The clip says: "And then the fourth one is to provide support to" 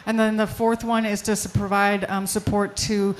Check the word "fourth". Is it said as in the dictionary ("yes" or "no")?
yes